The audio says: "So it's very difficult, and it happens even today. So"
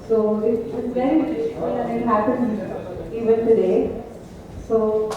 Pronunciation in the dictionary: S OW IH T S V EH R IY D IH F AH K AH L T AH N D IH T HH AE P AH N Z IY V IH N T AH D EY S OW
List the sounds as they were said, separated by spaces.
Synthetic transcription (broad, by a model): S OW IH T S V EH R IY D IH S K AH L AH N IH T HH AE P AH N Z IY V IH N T AH D EY S OW